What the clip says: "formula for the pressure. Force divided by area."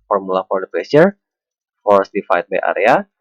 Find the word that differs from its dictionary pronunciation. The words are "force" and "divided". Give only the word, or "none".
divided